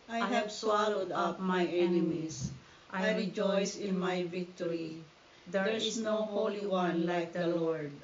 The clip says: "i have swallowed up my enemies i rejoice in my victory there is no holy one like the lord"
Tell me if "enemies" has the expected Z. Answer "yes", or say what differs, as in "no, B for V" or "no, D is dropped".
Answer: no, S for Z